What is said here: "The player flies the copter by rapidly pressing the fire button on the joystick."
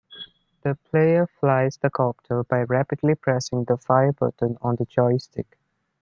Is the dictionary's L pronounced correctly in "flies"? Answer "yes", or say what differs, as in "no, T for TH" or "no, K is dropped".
yes